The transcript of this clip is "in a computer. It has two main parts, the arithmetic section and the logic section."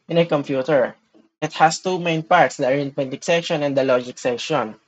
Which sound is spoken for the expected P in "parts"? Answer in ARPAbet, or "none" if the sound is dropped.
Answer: P